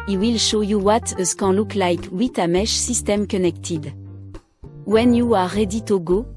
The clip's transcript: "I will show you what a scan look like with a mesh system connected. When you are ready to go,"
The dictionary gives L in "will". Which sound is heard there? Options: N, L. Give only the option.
L